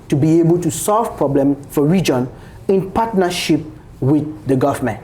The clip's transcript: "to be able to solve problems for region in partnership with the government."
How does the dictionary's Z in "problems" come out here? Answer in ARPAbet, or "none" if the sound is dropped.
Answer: none